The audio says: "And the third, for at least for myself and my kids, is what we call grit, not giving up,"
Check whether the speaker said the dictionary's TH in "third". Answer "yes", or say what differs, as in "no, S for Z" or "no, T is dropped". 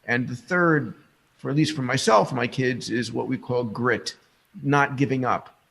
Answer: yes